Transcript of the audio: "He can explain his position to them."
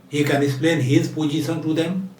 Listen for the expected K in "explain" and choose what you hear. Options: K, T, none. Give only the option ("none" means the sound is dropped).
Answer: none